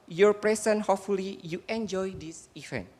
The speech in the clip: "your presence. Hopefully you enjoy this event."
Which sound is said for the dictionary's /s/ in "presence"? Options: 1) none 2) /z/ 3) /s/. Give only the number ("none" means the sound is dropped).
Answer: 1